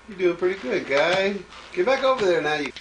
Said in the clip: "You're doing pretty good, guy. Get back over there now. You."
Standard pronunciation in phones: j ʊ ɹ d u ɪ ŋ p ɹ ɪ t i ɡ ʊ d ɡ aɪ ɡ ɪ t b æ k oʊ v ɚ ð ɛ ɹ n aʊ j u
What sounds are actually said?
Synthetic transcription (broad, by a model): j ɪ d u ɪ p ɹ ɪ t i ɡ ʊ d ɡ aɪ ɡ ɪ b æ k oʊ v ɚ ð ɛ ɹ n aʊ j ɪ